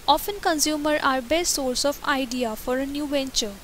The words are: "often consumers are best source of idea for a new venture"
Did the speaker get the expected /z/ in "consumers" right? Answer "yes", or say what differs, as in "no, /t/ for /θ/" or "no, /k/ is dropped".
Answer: no, /z/ is dropped